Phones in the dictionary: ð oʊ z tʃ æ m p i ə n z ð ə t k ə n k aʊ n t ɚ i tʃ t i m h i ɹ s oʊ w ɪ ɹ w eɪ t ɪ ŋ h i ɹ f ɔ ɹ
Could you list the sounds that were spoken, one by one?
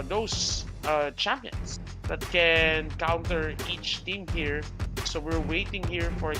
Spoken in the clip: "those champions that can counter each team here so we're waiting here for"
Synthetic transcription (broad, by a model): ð oʊ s tʃ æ m p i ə n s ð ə t k ə n k aʊ n t ɚ i tʃ t i m h i ɹ s oʊ w ɪ ɹ w eɪ t ɪ ŋ h i ɹ f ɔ ɹ